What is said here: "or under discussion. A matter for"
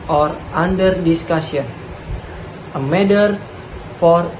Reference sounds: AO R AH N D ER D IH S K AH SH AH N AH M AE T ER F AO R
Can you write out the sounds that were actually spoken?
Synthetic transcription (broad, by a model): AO R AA N D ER D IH S K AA S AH N AH M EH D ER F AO R